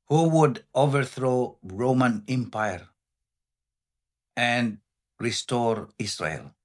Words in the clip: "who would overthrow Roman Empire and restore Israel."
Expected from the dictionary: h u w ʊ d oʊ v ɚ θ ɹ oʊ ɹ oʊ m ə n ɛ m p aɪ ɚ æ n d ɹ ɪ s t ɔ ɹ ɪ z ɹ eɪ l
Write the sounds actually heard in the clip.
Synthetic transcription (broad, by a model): h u w ʊ d oʊ v ɚ θ ɹ oʊ ɹ oʊ m ə n ɛ m p aɪ ɚ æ n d ɹ ɪ s t ɔ ɹ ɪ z ɹ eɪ l